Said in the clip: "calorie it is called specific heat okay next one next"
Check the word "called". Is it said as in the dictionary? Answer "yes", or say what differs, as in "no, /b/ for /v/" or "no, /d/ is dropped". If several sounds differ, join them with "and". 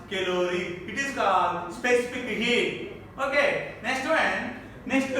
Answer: no, /l/ is dropped